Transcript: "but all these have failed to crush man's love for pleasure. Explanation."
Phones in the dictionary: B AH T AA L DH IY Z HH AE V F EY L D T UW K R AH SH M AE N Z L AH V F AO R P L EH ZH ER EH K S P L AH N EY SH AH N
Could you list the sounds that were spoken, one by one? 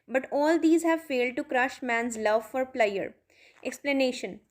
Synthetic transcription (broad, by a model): B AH T AA L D IY Z HH AE V F EY L D T UW K R AH SH M AE N Z L AH V F AO R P L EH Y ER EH K S P L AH N EY SH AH N